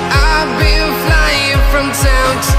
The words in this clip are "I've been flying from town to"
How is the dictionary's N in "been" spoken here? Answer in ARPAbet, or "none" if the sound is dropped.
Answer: L